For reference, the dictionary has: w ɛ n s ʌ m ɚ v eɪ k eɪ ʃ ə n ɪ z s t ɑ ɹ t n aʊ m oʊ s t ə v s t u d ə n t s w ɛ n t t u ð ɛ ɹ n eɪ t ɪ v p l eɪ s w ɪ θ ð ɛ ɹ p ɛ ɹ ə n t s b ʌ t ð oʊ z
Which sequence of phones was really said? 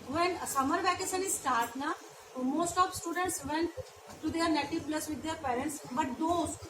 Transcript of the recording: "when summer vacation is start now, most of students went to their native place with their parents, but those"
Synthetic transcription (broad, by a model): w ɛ n s ʌ m ɚ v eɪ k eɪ s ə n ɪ s t ɑ ɹ t n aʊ m oʊ s t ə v s t u d ə n t s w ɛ n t t u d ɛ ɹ n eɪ t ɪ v p l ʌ s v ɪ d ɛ ɹ p ɛ ɹ ə n t s b ʌ t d oʊ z